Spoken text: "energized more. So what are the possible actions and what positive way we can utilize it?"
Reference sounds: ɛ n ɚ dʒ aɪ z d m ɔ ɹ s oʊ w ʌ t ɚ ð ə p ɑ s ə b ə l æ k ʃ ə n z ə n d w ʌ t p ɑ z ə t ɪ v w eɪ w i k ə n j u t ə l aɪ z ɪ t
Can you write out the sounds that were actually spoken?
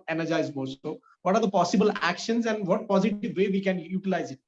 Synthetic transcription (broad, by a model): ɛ n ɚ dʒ aɪ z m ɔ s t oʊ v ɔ t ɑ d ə p ɑ s ə b ə l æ k ʃ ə n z ə n d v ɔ t p ɑ z ə t ɪ v eɪ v i k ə n j u t ə l aɪ z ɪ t